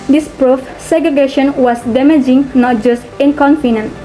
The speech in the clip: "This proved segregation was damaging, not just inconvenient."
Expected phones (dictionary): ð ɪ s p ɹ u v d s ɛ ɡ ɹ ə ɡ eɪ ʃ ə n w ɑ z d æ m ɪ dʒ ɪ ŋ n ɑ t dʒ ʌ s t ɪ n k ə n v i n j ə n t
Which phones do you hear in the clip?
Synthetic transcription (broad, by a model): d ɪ s p ɹ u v s ɛ ɡ ɹ ə ɡ eɪ ʃ ə n w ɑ s d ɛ m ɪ dʒ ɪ ŋ n ɑ t dʒ ʌ s t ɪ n k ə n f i n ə n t